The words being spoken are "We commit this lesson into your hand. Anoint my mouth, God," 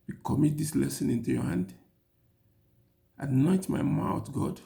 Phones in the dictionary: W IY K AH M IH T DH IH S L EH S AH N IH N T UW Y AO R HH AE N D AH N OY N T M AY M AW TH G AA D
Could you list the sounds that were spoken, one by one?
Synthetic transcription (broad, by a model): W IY K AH M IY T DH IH S L EH S AH N IH N T UW Y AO HH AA N D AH N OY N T M AY M AW T G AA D